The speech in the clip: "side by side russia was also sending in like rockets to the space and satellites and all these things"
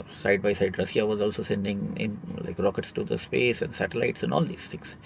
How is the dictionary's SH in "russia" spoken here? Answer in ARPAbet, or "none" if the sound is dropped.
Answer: S